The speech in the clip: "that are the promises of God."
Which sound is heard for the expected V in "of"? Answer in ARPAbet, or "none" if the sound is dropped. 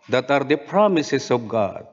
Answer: B